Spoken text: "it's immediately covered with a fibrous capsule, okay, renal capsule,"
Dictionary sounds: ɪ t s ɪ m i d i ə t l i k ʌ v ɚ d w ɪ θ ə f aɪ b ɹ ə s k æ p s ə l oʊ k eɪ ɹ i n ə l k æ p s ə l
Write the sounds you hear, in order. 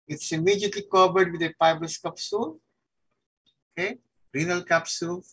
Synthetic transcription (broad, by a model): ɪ t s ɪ m i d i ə t l i k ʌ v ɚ d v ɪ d ə p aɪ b ə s k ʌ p s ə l oʊ k eɪ ɹ i n ə l k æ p s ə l